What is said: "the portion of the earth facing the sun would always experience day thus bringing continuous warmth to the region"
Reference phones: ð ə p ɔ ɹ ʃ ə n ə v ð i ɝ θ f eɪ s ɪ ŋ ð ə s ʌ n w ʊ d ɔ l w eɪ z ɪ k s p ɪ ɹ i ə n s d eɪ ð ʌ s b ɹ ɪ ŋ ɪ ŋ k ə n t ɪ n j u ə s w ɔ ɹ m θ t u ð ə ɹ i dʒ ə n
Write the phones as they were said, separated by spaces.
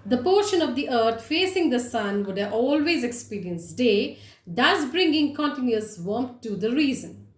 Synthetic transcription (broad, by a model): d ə p ɔ ɹ ʃ ə n ə v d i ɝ t f eɪ s ɪ ŋ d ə s ʌ n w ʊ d ɔ l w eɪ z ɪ k s p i ɹ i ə n s d eɪ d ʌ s b ɹ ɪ ŋ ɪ ŋ k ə n t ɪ n j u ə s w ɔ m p t u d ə ɹ i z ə n